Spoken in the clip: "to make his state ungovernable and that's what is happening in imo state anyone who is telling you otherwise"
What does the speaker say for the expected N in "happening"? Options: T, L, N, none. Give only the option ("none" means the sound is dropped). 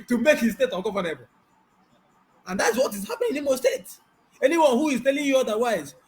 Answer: none